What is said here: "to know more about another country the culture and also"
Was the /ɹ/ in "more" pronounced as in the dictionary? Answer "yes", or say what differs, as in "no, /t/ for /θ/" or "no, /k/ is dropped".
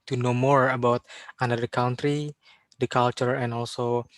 yes